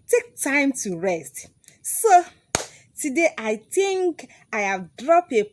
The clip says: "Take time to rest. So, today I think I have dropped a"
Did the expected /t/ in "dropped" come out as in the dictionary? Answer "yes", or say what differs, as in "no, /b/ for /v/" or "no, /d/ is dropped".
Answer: no, /t/ is dropped